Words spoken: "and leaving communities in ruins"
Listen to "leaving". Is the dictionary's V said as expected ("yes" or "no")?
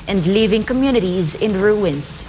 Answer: yes